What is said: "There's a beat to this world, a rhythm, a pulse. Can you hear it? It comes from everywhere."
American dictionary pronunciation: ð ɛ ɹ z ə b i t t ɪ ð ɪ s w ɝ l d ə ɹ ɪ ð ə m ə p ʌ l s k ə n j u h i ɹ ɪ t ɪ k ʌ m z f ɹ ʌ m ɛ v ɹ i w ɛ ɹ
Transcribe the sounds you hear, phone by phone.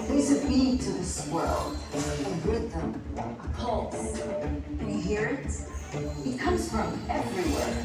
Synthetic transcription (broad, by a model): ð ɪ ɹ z ə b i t t ɪ ð ɪ s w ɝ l ə w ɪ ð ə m ə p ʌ l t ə h i ɹ ɪ t ɪ k ʌ m z f ɹ ʌ m ɛ v ɹ i w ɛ ɹ